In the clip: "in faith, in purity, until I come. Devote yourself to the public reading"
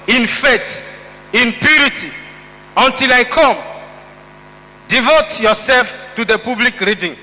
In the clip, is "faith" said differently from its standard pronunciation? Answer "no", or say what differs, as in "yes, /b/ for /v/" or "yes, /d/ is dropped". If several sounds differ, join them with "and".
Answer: yes, /t/ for /θ/